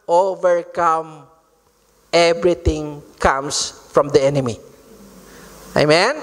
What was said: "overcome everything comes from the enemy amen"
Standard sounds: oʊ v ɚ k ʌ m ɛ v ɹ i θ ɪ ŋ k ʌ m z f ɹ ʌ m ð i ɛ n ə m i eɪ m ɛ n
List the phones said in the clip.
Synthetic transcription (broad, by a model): oʊ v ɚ k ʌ m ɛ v ɹ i t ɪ ŋ k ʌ m s f ɹ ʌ m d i ɛ n ə m i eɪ m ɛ n